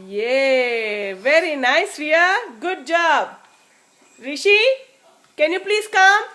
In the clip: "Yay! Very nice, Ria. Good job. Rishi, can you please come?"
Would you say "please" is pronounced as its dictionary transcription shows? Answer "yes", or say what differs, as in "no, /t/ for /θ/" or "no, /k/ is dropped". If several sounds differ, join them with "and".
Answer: no, /s/ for /z/